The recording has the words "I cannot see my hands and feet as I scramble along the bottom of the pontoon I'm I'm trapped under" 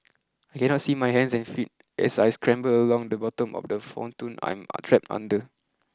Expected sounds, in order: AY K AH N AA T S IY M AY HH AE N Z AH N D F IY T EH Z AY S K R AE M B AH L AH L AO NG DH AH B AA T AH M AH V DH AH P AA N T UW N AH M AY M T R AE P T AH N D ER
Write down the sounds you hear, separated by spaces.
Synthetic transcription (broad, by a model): AY K AH N AA T S IY M AY HH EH N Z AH N F IY T EH S AY S K R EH M B AH L AH L AO NG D AH B AA T AH M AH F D AH F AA N T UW N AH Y M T R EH P T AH N D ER